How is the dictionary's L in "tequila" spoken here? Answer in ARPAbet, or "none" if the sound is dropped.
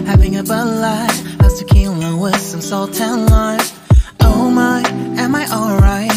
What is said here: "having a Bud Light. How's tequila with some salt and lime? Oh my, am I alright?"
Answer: N